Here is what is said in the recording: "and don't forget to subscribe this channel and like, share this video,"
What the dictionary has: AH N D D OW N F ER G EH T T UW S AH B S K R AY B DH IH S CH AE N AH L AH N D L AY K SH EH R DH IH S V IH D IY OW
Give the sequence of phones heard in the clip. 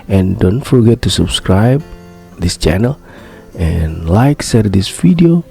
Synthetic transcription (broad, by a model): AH N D D OW N F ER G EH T T UW S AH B S K R AY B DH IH S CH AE N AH L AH N L AY K S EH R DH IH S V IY D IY OW